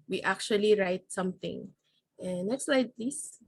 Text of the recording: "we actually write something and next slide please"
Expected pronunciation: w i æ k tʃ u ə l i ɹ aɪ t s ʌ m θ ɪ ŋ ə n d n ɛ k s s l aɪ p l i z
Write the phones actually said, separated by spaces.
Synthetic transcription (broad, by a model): w i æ k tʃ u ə l i ɹ aɪ t s ʌ m θ ɪ ŋ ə n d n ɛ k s s l aɪ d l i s